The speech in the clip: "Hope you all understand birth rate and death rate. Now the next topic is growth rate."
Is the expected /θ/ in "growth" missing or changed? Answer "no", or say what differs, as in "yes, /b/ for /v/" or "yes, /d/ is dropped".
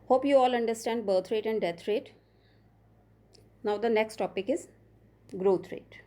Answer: yes, /t/ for /θ/